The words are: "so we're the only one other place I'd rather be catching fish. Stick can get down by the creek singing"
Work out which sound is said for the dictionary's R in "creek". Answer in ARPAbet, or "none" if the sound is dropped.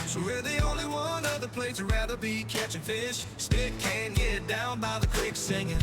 W